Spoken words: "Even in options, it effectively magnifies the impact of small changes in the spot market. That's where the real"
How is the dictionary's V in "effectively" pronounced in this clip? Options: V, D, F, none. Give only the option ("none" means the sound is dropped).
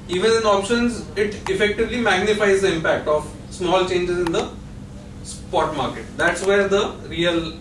V